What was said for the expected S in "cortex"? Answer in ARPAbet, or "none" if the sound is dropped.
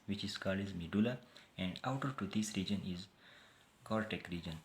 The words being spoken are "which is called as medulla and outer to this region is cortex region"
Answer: none